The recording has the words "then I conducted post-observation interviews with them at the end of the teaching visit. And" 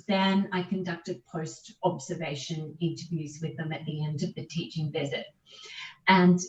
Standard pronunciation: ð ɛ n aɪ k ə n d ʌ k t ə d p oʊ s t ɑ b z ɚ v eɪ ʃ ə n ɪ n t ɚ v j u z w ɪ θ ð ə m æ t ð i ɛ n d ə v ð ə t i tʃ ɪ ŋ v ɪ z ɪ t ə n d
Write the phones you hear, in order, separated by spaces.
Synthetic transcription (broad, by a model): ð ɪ n aɪ k ə n d ʌ k t ə d p oʊ s t ɑ b z ɚ v eɪ ʃ ə n ɪ n t ɚ v j u z w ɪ ð ə m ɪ t ð i ɛ n d ə v ð ə t i tʃ ɪ ŋ v ɪ z ɪ t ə n